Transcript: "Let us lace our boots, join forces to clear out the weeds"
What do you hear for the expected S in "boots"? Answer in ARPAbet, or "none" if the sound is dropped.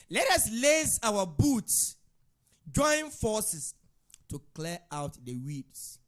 S